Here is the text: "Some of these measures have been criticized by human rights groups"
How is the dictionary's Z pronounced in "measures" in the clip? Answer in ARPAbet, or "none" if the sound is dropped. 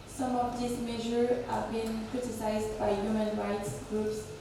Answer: none